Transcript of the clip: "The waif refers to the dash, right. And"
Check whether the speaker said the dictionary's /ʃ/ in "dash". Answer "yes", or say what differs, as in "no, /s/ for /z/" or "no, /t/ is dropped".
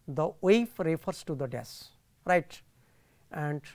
no, /s/ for /ʃ/